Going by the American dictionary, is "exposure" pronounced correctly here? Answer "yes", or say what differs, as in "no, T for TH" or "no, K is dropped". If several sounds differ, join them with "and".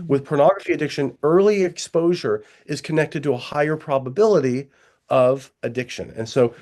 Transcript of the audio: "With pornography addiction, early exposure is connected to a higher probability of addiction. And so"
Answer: yes